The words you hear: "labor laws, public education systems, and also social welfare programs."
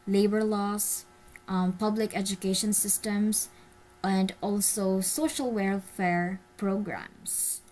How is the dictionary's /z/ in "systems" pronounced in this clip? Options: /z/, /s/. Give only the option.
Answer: /s/